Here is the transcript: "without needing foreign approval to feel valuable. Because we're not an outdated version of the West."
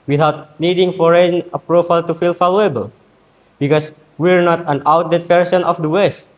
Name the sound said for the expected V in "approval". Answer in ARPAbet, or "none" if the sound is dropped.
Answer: F